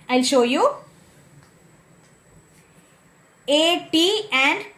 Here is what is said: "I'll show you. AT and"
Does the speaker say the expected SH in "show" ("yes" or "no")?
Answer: yes